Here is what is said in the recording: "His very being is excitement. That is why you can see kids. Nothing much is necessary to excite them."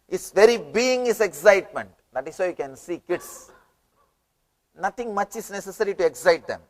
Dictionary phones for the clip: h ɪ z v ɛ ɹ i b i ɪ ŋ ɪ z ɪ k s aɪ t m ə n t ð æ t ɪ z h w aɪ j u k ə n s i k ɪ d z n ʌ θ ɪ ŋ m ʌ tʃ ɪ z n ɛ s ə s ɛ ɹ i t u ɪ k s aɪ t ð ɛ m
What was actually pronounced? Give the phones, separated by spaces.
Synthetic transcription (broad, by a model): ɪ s v ɛ ɹ i b i ɪ ŋ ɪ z ɪ k s aɪ t m ə n t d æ t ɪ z h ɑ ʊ j u k ə n s i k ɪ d s n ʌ t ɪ ŋ m ʌ tʃ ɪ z n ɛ s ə s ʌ ɹ i t u ɪ k s aɪ t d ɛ m